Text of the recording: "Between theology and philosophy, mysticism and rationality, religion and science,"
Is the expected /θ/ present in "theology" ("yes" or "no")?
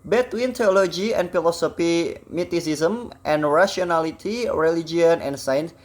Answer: no